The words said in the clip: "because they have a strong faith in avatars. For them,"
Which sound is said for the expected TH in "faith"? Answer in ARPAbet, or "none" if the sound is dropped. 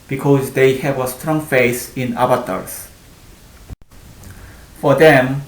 S